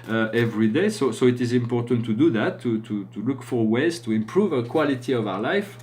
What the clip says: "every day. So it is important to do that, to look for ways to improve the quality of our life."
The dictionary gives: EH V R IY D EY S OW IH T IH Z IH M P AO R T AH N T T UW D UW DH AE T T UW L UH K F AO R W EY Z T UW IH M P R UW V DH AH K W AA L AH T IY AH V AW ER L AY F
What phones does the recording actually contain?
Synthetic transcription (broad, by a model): EH V R IY D EY S OW IH T IH Z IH M P AO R T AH N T T UW D UW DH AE T T UW L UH K F AO R W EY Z T UW IH M P R UW V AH K W AA L AH T IY AH V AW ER L AY F